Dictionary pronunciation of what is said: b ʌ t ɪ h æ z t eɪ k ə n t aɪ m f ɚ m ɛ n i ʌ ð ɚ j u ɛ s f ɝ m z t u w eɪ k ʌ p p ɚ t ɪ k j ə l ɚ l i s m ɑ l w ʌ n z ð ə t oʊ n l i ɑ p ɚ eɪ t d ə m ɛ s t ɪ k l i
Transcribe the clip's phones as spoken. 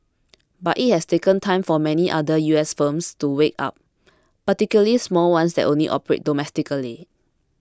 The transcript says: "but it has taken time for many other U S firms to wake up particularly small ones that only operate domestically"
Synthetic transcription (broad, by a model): b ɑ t ɪ h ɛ s t eɪ k ə n t aɪ m f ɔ m ɛ n i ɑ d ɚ j u ɛ s f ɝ m s t u w eɪ k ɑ p p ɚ t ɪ k j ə l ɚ l i s m ɑ l w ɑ n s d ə t oʊ n l i ɑ p ɚ eɪ t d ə m ɛ s t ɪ k l i